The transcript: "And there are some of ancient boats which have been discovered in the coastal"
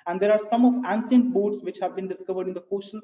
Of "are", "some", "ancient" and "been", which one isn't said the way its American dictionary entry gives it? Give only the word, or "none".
ancient